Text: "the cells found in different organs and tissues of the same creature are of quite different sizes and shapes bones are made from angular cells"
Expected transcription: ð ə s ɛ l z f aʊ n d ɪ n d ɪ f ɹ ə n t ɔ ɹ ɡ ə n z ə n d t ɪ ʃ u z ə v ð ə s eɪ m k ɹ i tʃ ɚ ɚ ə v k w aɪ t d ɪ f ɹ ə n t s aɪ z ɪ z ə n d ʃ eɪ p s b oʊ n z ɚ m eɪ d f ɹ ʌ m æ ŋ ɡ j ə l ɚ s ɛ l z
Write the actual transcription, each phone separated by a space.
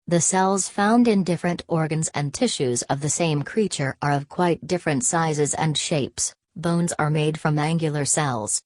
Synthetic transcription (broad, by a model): ð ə s ɛ l z f aʊ n d ɪ n d ɪ f ɹ ə n t ɔ ɹ ɡ ə n z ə n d t ɪ ʃ u z ə v ð ə s eɪ m k ɹ i tʃ ɚ ɚ ə v k w aɪ t d ɪ f ɹ ə n t s aɪ z ɪ z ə n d ʃ eɪ p s b oʊ n z ɚ m eɪ d f ɹ ʌ m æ ŋ ɡ j l ɚ s ɛ l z